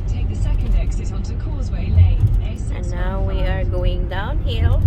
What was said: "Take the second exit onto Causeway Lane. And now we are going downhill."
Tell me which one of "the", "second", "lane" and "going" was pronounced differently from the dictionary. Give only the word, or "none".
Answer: lane